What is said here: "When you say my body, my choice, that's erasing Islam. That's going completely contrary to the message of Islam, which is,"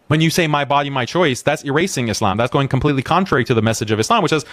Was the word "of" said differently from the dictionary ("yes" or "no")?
no